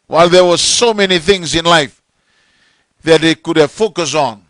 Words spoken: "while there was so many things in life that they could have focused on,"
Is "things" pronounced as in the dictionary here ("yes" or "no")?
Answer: yes